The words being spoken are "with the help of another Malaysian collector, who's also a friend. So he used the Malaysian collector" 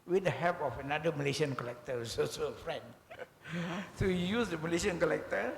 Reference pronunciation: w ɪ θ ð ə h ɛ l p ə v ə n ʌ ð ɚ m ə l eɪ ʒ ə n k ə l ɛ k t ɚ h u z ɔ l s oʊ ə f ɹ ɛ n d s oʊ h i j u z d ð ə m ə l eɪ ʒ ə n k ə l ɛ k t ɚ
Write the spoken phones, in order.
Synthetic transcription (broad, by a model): w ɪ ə h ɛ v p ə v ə n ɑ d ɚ m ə l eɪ ʃ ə n k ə l ɛ k t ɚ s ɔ s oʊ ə f ɹ ɛ n d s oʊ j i j u s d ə m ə l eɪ ʃ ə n k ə l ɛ k t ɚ